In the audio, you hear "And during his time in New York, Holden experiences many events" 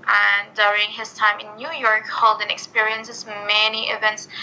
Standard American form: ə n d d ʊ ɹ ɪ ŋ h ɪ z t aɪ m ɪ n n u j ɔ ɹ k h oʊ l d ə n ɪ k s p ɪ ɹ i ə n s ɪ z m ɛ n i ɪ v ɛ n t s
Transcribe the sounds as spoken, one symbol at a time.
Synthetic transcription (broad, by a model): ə n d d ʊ ɹ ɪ ŋ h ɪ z t aɪ m ɪ n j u j ɔ ɹ k h oʊ l d ə n ɪ k s p ɪ ɹ i ə n s ɪ z m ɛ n i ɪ v ɛ n t s